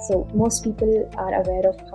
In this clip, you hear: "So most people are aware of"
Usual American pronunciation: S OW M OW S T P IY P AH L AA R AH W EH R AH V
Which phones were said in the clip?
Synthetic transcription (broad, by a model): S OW M OW S T P IY P AH L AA R AH W EH R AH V